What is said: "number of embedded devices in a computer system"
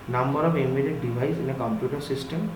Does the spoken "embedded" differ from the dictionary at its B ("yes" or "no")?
yes